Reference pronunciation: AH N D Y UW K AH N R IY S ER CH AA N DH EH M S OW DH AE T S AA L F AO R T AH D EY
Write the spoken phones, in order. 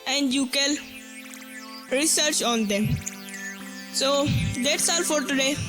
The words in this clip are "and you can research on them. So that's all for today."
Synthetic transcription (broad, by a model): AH N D Y UW K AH L R IY S ER CH AA N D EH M S OW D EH T S AA L F AO R T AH D EY